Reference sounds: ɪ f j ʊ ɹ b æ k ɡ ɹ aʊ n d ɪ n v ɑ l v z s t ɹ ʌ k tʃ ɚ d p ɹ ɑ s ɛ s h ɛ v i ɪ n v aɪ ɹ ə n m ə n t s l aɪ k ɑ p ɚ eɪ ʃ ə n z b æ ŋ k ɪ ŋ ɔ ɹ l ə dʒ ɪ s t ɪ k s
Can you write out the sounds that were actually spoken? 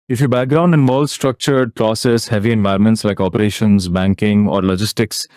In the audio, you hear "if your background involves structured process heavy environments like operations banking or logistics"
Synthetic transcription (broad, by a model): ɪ f j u b æ k ɡ ɹ aʊ n d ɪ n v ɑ l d s t ɹ ʌ k tʃ ɚ d p ɹ ɑ s ɛ s h ɛ v i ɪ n v aɪ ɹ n m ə n t s l aɪ k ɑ p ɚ eɪ ʃ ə n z b æ ŋ k ɪ ŋ ɔ ɹ l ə dʒ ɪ s t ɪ k s